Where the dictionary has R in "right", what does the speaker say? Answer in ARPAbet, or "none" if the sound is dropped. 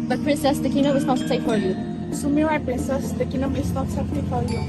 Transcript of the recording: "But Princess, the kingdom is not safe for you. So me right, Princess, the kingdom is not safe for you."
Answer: W